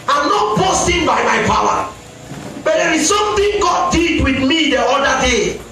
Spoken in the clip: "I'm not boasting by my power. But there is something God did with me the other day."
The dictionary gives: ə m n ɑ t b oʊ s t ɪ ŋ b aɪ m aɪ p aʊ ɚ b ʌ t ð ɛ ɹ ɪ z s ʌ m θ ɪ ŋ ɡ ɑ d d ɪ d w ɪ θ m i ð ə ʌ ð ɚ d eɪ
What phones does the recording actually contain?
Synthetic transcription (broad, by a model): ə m n ɑ t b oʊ s t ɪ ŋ b aɪ m aɪ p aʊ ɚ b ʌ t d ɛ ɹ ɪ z s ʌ m t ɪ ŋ ɡ ɑ d d ɪ d w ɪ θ m i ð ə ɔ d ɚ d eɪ